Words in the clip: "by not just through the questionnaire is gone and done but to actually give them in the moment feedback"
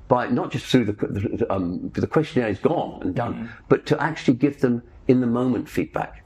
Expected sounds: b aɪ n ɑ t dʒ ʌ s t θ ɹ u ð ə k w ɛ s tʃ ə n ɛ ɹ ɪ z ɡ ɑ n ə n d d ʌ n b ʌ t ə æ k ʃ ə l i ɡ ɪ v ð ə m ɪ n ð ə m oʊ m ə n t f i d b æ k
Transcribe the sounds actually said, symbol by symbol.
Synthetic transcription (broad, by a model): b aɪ n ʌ t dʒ ʌ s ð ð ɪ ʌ ð ə k w ɛ s tʃ ə n ɛ ɹ ɪ z ɡ ɑ n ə n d d ʌ n b ʌ t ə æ k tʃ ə l i ɡ ɪ v ð ə m ɪ n ð ə m oʊ m ə n t f i d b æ k